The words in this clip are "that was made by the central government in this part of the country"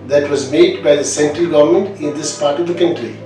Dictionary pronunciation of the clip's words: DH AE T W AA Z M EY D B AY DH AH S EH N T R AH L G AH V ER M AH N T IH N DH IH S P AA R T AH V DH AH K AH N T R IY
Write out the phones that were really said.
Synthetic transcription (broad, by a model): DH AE T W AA Z M EY D B AY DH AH S EH N T R AH L G AH V ER M AH N T IH N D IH S P AA R T AH V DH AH K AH N T R IY